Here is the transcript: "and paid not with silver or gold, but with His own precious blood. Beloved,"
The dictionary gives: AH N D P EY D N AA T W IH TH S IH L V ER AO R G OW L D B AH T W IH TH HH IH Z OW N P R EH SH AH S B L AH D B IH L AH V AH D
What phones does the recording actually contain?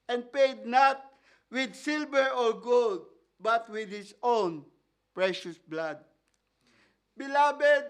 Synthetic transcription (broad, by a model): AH N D P EY D N AA T W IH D S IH L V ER AO R G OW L D B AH T W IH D HH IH S OW N P R EH SH AH S B L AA D B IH L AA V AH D